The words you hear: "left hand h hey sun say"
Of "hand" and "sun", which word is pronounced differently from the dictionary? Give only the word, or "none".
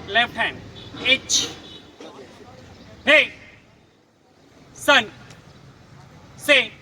hand